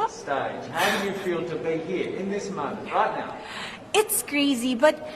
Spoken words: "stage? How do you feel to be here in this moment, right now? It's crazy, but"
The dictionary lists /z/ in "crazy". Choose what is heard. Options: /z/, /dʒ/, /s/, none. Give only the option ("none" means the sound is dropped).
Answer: /z/